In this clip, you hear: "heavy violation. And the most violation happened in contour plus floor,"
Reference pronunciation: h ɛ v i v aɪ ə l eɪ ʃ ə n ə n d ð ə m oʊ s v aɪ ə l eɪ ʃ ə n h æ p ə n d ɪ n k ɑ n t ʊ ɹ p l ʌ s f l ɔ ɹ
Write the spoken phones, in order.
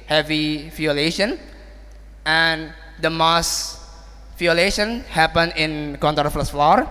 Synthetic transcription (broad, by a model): h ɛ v i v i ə l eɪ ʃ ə n ə n d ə m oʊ s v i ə l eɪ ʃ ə n h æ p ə n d ɪ n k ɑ n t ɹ f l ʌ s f l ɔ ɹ